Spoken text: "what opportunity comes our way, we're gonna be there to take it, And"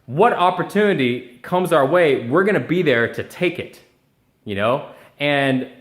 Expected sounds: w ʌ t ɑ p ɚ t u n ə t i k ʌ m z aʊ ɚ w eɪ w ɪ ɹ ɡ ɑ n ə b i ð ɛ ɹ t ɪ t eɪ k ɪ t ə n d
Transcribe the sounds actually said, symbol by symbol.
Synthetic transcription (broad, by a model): w ʌ t ɑ p ɚ t u n ə t i k ʌ m z aʊ ɚ w eɪ w ɪ ɹ ɡ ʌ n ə b i ð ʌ ɹ t ɪ t eɪ k ɪ t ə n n